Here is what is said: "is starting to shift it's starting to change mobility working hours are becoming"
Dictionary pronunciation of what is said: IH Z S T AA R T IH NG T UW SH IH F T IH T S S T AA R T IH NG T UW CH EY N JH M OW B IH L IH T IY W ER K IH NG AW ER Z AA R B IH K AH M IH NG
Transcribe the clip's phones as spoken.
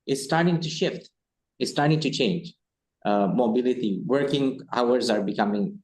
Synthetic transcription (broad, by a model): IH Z S T AA R T IH NG T UW SH IH F T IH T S S T AA R T IH NG T UW CH EY N JH M OW B IH L IH T IY W ER K IH NG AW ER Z AA R B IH K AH M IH NG